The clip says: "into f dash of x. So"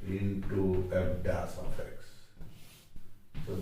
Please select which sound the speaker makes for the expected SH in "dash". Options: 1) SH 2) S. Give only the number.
2